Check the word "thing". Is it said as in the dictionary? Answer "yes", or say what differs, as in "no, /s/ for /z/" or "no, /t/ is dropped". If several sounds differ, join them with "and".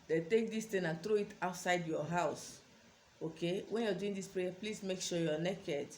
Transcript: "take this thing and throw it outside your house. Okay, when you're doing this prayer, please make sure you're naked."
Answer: no, /t/ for /θ/